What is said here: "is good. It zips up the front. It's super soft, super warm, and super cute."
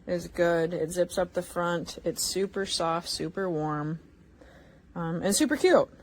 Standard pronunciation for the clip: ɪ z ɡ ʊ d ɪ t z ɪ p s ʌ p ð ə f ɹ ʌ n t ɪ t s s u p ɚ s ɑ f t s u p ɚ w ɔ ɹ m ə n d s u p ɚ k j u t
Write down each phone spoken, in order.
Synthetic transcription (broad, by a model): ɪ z ɡ ʊ d ɪ t z ɪ p s ʌ p ð ə f ɹ ʌ n t ɪ t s s u p ɚ s ɑ f t s u p ɚ w ɔ ɹ m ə n s u p ɚ k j u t